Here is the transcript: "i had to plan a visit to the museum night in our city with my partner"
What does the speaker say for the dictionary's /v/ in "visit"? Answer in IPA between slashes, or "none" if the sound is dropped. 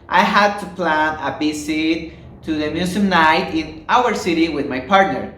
/b/